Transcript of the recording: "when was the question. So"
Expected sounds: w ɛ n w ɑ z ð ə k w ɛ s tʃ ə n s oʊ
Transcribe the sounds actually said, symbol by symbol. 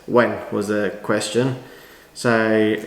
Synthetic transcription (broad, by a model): w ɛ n w ɑ z ð ə k w ɛ s tʃ ə n s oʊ